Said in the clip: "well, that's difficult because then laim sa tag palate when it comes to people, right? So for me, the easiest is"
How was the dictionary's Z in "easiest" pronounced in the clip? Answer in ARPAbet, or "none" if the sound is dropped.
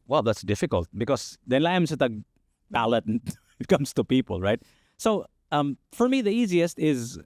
Z